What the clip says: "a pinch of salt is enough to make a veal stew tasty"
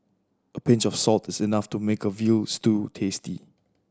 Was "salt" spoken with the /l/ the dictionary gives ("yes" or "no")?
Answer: yes